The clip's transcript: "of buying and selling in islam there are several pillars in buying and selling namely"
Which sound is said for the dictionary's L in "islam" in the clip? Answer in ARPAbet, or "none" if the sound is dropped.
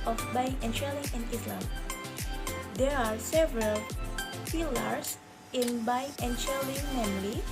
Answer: L